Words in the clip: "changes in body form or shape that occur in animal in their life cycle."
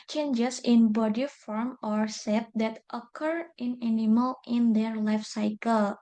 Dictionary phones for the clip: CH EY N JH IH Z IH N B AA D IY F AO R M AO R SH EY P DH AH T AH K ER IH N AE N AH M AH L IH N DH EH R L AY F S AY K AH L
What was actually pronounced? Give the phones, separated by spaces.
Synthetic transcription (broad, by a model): CH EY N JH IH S IH N B AA D IY F AO R M AO R S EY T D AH T AH K ER IH N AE N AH M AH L IH N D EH R L AY F S AY K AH L